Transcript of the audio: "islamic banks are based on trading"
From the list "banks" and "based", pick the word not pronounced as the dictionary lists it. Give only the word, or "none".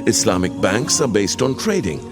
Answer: none